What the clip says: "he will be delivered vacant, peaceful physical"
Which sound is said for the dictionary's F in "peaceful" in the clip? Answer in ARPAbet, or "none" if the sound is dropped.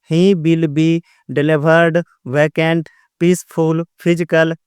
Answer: P